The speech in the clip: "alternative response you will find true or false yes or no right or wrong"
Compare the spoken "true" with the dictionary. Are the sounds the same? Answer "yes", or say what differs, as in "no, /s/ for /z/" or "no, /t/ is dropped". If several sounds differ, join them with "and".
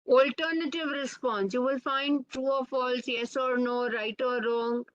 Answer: no, /ɹ/ is dropped